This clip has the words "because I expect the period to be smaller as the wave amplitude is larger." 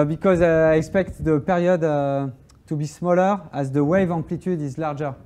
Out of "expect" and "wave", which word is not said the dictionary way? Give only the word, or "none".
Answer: none